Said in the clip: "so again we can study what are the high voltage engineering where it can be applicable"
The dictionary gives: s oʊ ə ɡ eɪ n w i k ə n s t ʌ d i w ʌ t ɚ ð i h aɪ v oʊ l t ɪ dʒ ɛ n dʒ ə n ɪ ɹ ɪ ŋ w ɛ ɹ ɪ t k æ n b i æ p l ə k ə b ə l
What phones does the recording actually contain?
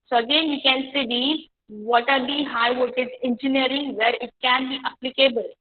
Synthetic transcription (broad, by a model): s oʊ ə ɡ eɪ n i k ə n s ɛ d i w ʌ t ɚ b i h aɪ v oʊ t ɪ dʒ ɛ n dʒ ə n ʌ ɹ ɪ ŋ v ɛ ɹ ɪ t k æ n b i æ p l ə k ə b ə l